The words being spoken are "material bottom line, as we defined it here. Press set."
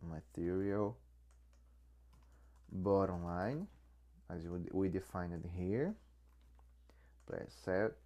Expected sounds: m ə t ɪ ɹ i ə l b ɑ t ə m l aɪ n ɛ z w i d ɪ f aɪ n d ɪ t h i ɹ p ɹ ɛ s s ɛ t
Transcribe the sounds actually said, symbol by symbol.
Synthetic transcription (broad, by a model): m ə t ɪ ɹ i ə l b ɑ t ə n l aɪ n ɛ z w i d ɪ f aɪ n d ɪ t h i ɹ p l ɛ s s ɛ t